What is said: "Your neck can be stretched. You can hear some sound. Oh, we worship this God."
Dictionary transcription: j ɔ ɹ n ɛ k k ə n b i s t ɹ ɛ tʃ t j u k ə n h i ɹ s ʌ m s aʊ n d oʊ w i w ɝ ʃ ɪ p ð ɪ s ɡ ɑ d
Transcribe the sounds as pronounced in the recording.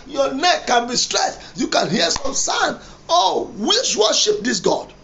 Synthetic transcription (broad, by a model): j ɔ n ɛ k k ə n b i s t ɹ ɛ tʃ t j u k ə n h i s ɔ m s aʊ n oʊ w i w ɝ ʃ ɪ p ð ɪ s ɡ ɑ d